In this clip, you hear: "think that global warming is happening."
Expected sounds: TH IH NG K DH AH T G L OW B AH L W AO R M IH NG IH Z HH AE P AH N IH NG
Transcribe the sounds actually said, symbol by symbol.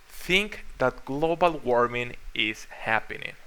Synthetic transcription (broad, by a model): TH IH NG K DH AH T G L OW B AH L W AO R M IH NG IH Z HH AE P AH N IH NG